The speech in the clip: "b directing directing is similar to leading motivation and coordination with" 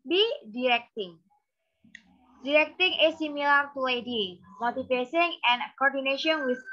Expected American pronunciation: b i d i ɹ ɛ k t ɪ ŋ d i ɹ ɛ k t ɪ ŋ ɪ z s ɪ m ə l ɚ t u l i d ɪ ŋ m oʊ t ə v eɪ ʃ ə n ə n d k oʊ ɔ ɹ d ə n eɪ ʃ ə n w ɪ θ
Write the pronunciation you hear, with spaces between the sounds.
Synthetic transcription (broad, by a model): b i d i ɹ ɛ k t ɪ ŋ d i ɹ ɛ k t ɪ ŋ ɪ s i m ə l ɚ t u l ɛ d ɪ m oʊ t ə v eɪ s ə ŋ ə n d k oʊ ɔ ɹ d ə n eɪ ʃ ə n w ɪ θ